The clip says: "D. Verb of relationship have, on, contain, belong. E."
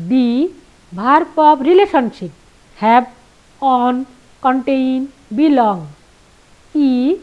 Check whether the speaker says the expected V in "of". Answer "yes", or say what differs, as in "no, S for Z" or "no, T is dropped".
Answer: no, P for V